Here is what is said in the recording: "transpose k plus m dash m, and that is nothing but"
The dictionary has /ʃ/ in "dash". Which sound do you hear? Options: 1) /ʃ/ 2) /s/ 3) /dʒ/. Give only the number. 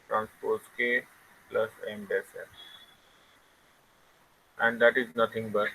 2